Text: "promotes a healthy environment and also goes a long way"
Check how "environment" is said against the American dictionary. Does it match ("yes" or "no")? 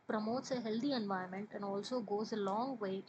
no